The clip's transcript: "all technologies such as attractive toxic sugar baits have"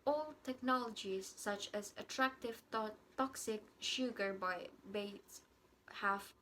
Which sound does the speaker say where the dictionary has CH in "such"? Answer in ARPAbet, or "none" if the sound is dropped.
CH